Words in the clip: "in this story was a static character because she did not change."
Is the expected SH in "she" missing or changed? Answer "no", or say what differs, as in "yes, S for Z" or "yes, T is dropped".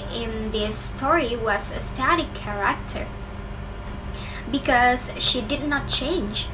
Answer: no